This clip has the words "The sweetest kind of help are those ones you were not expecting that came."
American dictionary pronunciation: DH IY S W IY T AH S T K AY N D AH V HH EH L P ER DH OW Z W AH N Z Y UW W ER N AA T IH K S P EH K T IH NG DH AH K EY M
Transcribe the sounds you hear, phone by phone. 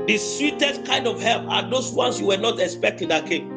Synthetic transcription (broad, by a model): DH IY S W IY T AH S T K AY N D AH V HH EH L P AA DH OW S W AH N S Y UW W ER N AA T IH K S P EH K T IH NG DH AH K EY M